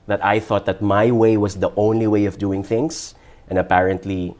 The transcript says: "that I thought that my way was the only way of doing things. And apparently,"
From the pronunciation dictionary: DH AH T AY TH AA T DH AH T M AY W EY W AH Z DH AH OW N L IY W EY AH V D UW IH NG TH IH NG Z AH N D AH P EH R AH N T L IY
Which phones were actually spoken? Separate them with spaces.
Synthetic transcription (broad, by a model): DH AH T AY TH AA T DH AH T M AY W EY W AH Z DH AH OW N L IY W EY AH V D UW IH NG TH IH NG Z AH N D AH P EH R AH N T L IY